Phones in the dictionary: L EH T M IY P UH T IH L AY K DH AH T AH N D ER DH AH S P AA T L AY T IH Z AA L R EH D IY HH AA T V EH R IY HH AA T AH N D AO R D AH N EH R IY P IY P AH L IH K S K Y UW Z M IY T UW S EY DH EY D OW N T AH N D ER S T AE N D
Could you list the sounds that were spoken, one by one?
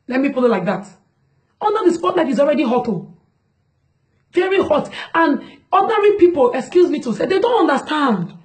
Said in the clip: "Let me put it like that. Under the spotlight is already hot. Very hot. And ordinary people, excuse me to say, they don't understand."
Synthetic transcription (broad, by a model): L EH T M IY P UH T IH L AY K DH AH T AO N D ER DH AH S P AA T N AY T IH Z AA L R EH D IY HH AA T V EH R IY HH AA T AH N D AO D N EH R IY P IY P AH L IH K S K Y UW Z M IY T UW S EY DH EY D OW N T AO N D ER S T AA N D